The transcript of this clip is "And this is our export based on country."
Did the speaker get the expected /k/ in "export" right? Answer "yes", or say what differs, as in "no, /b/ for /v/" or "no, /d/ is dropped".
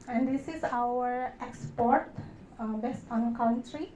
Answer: yes